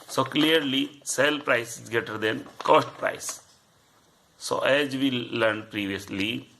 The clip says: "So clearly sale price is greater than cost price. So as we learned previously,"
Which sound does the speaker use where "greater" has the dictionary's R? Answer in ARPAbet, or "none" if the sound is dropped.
none